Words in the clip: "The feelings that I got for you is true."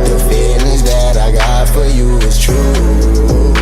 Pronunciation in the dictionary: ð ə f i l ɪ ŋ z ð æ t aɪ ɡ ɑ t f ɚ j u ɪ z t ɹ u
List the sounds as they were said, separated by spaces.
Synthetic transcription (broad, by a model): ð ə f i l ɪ z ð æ t aɪ ɡ ɑ t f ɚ j u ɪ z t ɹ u